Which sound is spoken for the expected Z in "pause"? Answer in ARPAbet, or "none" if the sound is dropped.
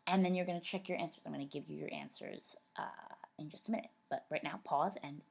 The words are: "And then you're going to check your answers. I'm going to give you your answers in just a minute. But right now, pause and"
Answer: Z